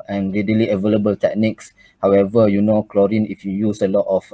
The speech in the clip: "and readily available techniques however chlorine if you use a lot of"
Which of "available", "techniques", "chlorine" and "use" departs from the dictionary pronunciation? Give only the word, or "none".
none